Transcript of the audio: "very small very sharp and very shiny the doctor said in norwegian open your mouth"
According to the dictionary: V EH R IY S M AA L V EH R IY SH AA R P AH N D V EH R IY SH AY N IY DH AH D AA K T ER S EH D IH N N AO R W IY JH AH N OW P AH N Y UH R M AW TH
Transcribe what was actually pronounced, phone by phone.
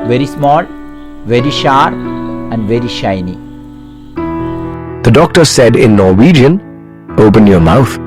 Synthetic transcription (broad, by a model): V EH R IY S M AA L V EH R IY SH AA R AH N D V EH R IY SH AY N IY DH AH D AA K T ER S EH D IH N N AO R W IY JH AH N OW P AH N Y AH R M AW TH